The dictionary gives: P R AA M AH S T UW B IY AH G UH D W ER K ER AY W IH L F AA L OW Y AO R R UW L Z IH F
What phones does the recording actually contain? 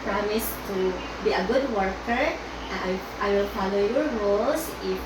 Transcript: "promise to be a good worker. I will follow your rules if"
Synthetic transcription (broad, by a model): P R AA M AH S T UW B IY AH G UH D W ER K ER AY W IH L F AA L OW Y AO R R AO L S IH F